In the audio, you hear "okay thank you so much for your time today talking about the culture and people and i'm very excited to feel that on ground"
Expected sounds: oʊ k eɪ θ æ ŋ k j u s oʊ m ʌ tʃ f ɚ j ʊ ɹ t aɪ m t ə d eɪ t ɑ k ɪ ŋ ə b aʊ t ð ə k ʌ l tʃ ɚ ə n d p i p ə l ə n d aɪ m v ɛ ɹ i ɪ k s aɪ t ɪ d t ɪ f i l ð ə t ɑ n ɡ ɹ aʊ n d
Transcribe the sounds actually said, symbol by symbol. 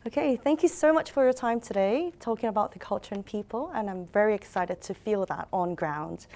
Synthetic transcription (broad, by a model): oʊ k eɪ θ æ ŋ k j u s oʊ m ʌ tʃ f ɚ j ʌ ɹ t aɪ m t ə d eɪ t ɑ k ɪ ŋ ə b aʊ t ð ə k ʌ l tʃ ɚ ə n p i p ə l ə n aɪ m v ɛ ɹ i ɪ k s aɪ t ɪ d t ɪ f i l ð ə t n ɡ ɹ aʊ n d